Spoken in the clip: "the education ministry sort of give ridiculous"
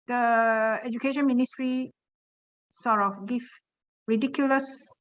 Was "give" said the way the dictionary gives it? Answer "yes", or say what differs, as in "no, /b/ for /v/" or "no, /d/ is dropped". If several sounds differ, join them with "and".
no, /f/ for /v/